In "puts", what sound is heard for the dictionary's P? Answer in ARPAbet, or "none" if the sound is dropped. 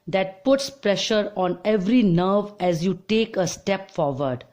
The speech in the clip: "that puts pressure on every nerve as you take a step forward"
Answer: P